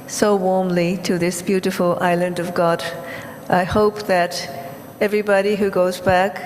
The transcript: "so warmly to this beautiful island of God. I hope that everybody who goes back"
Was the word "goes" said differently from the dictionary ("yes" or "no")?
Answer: no